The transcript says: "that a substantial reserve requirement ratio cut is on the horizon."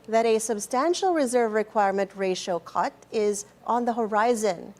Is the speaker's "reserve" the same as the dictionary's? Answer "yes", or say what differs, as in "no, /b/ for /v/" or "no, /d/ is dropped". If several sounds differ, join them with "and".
yes